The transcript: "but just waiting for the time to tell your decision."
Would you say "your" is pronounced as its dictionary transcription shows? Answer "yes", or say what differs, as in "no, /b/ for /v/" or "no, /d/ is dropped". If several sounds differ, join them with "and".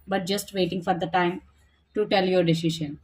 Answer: yes